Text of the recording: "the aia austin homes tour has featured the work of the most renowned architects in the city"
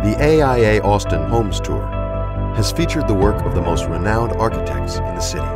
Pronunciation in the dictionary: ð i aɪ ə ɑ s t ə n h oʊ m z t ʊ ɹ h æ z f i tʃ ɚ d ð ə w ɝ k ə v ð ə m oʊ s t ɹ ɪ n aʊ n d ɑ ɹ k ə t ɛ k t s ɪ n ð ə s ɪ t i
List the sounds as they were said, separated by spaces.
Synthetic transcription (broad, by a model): ð i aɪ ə ɑ s t ə n h oʊ m z t ʊ ɹ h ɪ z f i tʃ ɚ d ð ə w ɝ k ə v ð ə m oʊ s t ɹ ɪ n aʊ n d ɑ ɹ k ə t ɛ k t s ɪ n ð ə s ɪ t i